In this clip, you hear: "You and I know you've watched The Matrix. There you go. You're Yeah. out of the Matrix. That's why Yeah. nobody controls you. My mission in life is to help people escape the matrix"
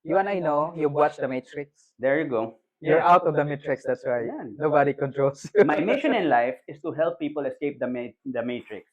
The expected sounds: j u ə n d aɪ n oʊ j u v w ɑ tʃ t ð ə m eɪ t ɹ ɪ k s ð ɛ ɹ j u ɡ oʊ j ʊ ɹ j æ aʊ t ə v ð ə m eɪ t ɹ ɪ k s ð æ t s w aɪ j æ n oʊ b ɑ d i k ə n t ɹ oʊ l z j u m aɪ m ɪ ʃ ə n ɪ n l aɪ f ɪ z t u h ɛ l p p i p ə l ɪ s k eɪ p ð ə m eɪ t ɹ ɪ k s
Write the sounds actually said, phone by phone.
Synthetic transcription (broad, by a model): j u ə n aɪ n oʊ j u b w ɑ tʃ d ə m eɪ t ɹ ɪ k s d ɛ ɹ j u ɡ oʊ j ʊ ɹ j aʊ t ə v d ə m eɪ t ɹ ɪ k s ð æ t s w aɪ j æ n oʊ b ɑ d i k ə n t ɹ oʊ l s j u m aɪ m ɪ ʃ ə n ɪ n l aɪ f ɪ s t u h ɛ l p p i p ə l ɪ s k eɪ p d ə m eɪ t ɹ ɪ k s